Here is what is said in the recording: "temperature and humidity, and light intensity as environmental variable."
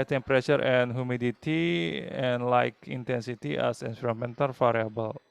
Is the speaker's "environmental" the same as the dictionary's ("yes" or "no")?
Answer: no